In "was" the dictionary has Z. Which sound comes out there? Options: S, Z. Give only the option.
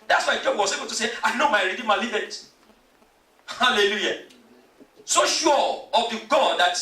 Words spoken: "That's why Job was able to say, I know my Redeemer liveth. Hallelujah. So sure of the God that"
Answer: S